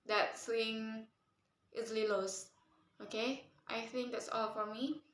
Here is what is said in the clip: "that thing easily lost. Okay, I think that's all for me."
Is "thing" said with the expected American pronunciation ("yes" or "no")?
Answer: no